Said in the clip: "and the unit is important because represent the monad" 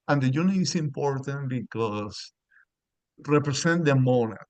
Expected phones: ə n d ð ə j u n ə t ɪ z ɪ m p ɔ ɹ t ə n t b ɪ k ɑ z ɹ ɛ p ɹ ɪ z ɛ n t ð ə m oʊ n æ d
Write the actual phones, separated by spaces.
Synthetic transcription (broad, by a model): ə n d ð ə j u n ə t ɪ s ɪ m p ɔ ɹ t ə n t b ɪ k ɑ s ɹ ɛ p ɹ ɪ s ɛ n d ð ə m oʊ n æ